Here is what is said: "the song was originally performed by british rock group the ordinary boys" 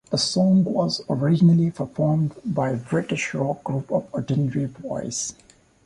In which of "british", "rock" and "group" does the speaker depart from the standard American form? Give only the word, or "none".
none